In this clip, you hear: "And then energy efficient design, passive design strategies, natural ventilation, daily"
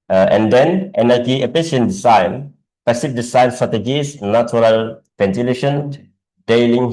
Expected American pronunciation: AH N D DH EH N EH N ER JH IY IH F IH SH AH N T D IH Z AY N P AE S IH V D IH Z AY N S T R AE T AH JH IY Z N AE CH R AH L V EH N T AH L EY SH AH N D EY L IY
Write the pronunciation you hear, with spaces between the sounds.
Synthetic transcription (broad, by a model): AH N D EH N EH N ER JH IY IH P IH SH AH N D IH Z AY N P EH S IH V D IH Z AY N S T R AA T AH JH IY S N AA CH R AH L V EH N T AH L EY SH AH N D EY L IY